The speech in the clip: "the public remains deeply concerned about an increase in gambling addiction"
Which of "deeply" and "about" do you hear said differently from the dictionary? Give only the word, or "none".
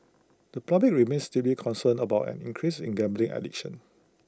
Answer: deeply